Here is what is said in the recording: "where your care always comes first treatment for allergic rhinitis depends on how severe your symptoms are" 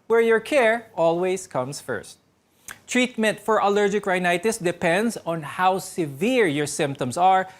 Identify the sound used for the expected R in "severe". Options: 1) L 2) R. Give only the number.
2